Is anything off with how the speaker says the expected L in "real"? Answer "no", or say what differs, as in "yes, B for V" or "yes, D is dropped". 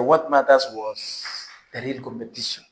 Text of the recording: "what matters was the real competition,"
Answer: no